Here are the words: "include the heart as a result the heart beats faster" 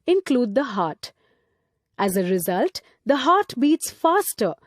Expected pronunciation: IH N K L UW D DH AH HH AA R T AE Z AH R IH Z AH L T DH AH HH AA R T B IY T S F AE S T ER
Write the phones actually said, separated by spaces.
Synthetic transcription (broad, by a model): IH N K L UW D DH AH HH AA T T AE Z AH R IH Z AH L T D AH HH AA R T B IY T S F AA S T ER